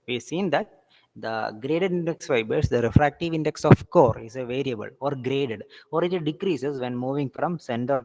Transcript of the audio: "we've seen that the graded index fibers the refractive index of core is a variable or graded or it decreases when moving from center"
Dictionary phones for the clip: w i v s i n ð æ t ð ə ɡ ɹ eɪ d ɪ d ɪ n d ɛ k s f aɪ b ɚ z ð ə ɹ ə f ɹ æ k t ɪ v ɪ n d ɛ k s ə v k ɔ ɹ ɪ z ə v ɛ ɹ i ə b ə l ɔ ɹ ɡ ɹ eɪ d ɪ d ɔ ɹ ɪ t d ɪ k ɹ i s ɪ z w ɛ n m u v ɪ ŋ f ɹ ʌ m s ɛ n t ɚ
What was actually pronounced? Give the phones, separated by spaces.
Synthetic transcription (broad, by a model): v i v s i n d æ t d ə ɡ ɹ eɪ d ɪ d ɪ n d ɛ k s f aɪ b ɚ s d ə ɹ ə f ɹ æ k t ɪ v ɪ n d ɛ k s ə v k ɔ ɹ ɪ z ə v ɛ ɹ i ə b ə l ɔ ɹ ɡ ɹ eɪ d ɪ d ɔ ɹ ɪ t d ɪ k ɹ i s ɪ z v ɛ n m u v ɪ ŋ f ɹ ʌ m s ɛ n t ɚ